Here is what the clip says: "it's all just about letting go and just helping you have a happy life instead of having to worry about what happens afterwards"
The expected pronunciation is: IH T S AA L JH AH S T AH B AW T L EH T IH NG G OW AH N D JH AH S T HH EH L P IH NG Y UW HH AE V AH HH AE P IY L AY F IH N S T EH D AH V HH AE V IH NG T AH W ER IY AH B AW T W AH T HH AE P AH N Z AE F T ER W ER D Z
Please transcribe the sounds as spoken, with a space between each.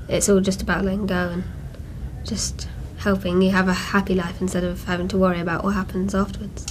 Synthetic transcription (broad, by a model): IH T S AA L JH AH S T AH B AW T L EH T IH NG G OW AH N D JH AH S T HH EH L P IH NG Y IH V AH HH AE P IY L AY F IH N S T EH D AH V HH AE V IH NG T AH W ER IY AH B AW T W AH T HH AE P AH N Z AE F T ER W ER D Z